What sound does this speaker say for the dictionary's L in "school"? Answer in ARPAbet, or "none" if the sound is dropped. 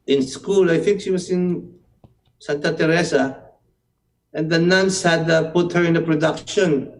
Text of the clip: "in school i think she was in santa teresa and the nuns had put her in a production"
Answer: L